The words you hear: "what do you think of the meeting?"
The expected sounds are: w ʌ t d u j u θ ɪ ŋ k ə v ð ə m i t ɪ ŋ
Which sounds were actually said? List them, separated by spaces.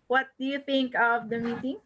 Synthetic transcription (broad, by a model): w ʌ t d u j u t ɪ ŋ k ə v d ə m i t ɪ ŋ